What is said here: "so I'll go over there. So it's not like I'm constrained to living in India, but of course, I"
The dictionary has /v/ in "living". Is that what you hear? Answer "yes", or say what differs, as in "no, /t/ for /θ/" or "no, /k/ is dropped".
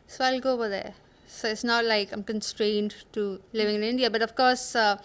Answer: yes